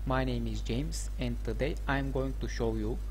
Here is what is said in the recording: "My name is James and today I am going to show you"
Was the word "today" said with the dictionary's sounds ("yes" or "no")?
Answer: yes